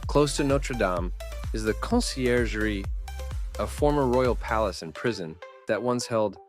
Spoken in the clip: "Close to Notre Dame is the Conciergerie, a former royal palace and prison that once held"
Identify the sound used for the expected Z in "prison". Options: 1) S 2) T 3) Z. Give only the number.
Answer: 3